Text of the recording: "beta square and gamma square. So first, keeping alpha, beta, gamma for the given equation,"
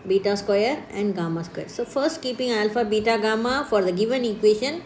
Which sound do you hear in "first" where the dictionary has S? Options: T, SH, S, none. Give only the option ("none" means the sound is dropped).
S